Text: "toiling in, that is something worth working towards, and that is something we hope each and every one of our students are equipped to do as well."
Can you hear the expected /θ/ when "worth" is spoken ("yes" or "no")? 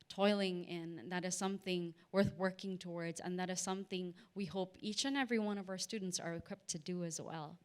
yes